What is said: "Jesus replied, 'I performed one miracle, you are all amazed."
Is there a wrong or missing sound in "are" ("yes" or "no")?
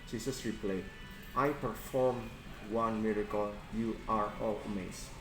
no